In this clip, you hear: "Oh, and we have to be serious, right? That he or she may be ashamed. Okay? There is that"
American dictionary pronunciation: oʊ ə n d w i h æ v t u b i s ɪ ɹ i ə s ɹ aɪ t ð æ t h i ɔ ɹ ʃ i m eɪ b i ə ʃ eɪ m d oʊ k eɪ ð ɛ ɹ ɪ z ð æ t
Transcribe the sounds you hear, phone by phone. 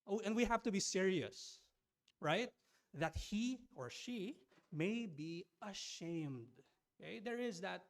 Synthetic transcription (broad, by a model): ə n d w i h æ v t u b i s ɪ ɹ i ə s ɹ aɪ t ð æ t h i ɔ ɹ ʃ i m eɪ b i ə ʃ eɪ m d oʊ k eɪ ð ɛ ɹ ɪ z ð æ t